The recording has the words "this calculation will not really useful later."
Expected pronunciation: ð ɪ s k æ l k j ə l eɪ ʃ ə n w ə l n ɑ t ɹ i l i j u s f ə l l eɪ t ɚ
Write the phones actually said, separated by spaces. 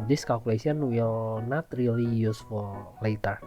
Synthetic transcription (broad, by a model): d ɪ s k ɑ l k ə l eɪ s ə n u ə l n ɑ t ɹ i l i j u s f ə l l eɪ t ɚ